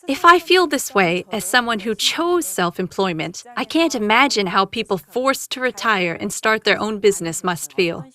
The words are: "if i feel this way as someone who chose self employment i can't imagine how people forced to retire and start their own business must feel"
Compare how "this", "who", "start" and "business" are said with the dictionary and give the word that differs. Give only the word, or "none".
none